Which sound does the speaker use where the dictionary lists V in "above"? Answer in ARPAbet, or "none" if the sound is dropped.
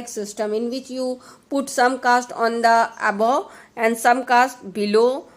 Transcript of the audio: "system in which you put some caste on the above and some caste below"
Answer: none